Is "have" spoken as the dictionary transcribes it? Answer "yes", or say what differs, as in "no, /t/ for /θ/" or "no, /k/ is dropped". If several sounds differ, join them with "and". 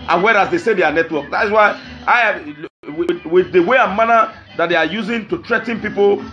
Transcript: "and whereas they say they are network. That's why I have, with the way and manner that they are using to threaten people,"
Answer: no, /w/ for /v/